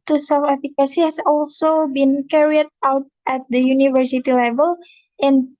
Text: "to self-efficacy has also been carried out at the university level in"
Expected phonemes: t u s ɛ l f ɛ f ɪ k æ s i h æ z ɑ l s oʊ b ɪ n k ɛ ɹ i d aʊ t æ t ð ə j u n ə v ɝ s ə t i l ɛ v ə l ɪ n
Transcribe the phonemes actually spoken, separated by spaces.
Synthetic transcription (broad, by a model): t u s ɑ f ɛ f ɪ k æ s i h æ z ɑ l s oʊ b ɪ n k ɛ ɹ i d aʊ t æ t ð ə j u n ə v ɝ s ə t i l ɛ v ə l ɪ n